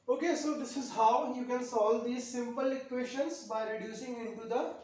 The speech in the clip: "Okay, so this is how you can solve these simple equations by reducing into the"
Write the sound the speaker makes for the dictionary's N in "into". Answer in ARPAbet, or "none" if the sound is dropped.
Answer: N